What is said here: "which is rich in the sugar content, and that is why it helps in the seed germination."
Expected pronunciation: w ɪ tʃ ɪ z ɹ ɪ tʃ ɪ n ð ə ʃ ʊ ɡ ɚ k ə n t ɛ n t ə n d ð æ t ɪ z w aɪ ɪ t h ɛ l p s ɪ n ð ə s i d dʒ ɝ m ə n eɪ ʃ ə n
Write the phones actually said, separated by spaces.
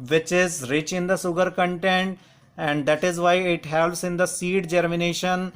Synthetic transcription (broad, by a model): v ɪ tʃ ɪ z ɹ ɪ tʃ ɪ n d ə s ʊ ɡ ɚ k ə n t ɛ n t ə n d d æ t ɪ z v aɪ ɪ t h ɛ l p s ɪ n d ə s i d dʒ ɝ m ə n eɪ ʃ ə n